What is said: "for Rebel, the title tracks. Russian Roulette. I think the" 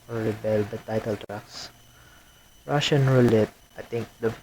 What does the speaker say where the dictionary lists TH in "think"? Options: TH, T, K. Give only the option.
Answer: T